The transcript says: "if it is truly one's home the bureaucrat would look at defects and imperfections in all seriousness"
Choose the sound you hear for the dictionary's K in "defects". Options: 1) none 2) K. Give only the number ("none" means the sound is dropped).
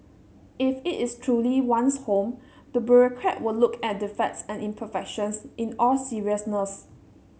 1